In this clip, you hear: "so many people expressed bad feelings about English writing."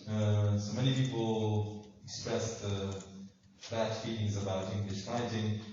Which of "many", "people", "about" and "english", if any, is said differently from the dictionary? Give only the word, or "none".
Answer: none